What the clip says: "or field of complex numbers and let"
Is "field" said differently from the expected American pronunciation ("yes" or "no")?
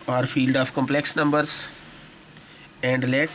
no